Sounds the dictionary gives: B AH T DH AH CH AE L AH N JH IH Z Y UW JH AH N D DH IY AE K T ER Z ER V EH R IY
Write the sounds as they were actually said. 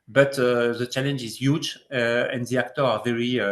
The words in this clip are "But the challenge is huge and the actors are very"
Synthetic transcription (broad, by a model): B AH T DH AH CH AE L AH N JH IH Z Y UW JH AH N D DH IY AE K T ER AA V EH R IY